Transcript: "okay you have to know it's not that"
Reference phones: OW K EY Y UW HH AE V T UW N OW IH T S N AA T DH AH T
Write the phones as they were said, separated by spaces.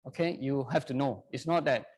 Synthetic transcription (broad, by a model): OW K EY Y UW HH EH F T UW N OW IH T S N AA T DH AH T